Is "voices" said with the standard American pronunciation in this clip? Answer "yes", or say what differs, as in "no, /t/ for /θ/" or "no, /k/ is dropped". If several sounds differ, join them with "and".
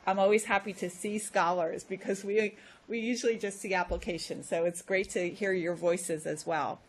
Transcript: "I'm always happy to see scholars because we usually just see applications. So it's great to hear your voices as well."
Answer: yes